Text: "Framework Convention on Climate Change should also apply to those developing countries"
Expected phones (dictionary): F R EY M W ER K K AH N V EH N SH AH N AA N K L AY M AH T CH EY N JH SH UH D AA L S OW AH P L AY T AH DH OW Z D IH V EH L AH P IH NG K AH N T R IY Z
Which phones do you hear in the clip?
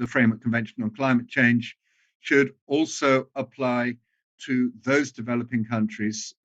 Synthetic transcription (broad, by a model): F R EY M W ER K K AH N V EH N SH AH N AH N K L AY M AH T CH EY N ZH SH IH D AA L S OW AH P L AY T AH DH OW Z D IH V EH L AH P IH NG K AH N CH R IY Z